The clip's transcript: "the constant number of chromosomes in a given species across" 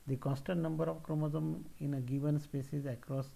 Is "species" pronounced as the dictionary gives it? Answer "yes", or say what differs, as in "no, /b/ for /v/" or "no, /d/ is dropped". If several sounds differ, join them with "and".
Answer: no, /s/ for /ʃ/